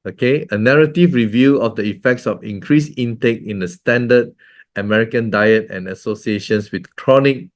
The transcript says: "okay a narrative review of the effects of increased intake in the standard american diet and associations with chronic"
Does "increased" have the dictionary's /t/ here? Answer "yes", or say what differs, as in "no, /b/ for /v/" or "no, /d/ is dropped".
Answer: no, /t/ is dropped